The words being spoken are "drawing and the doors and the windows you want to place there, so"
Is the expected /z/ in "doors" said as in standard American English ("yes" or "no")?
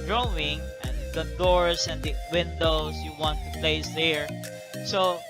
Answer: no